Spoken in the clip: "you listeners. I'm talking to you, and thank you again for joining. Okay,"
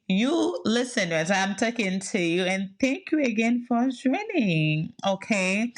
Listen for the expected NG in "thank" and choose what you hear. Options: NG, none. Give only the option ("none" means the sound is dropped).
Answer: NG